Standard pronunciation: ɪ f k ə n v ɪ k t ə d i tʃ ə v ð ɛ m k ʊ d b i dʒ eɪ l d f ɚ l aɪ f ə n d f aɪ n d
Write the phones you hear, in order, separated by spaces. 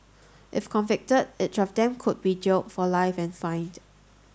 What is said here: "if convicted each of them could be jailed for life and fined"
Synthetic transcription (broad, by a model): ɪ f k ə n v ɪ k t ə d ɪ s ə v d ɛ m k ʊ d b i dʒ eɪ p f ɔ l aɪ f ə n f aɪ n d